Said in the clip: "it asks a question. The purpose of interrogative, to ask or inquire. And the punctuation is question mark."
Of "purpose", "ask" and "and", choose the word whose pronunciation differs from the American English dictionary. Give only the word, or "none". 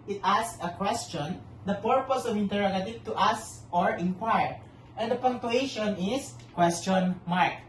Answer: ask